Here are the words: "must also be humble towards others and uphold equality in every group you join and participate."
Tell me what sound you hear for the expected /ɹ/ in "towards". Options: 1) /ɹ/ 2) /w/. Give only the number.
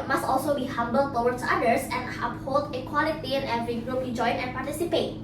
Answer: 2